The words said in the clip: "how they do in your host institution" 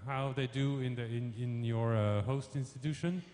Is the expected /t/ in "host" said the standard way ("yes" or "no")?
yes